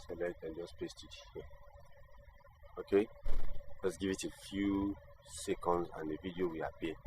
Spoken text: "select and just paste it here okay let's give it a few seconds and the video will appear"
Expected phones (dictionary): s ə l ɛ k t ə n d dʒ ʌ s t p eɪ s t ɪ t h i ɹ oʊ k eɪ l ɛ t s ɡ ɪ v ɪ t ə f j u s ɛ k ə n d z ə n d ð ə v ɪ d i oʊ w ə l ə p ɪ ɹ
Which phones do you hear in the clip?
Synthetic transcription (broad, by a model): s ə l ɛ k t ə n dʒ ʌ s p eɪ s t ɪ t h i oʊ k eɪ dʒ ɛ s ɡ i v ɪ t ə f j u s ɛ k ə n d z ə n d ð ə v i d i oʊ w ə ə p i